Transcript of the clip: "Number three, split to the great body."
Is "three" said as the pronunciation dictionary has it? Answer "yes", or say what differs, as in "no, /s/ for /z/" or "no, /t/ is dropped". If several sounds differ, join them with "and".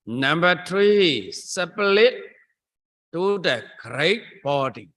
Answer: no, /t/ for /θ/